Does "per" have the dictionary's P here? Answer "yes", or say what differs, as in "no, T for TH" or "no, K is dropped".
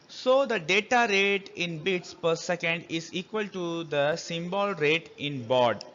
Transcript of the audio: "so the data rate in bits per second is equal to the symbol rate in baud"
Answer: yes